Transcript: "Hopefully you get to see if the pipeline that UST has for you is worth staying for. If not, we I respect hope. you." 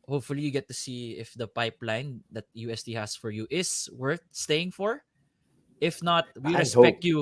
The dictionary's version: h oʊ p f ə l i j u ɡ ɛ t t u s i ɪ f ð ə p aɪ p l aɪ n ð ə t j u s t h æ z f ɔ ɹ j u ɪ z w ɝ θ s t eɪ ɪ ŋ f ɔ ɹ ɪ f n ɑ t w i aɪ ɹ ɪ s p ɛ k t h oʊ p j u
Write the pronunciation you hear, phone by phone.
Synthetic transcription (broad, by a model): h oʊ p f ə l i j u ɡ ɛ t t u s i ɪ f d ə p aɪ p l aɪ n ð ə t j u s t h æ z f ɔ ɹ j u ɪ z w ɝ θ s t eɪ ɪ ŋ f ɔ ɹ ɪ f n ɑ t w i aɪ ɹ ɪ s ɛ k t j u